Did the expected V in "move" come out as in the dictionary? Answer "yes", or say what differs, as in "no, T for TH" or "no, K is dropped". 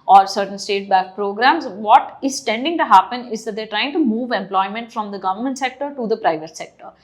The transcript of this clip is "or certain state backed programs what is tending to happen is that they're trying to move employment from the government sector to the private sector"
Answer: yes